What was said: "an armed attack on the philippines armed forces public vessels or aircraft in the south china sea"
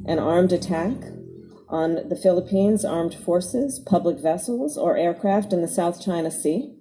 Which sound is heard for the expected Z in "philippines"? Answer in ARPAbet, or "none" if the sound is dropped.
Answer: Z